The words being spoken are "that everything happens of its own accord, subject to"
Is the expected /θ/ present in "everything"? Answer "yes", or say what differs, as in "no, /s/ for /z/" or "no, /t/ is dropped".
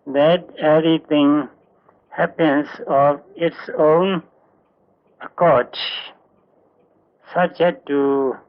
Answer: no, /t/ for /θ/